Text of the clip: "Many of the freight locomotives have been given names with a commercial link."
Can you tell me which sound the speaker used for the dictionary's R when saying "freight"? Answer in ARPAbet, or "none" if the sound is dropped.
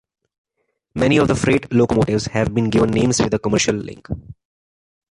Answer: R